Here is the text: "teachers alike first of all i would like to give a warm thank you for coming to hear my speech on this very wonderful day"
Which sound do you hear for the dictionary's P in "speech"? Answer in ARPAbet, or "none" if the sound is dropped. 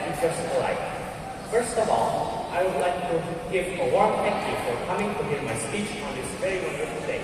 P